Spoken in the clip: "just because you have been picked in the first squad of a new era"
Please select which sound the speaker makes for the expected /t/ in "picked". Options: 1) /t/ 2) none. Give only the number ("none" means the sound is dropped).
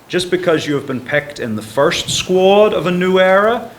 1